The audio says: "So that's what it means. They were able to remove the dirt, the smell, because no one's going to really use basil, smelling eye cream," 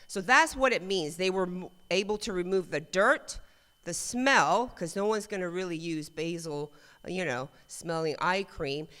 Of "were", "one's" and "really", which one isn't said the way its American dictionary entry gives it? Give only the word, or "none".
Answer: none